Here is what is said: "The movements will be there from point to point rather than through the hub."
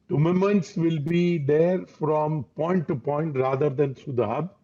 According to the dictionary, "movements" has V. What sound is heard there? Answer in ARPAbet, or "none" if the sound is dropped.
none